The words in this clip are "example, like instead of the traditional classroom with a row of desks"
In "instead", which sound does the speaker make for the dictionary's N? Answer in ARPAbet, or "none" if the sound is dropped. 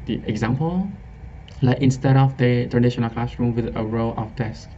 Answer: N